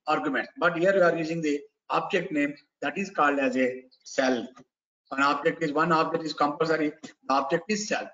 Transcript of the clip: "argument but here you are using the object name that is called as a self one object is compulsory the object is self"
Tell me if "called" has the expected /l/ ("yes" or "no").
yes